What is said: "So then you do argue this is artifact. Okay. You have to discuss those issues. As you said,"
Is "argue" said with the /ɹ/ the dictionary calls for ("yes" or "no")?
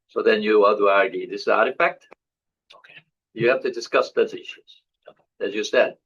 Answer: yes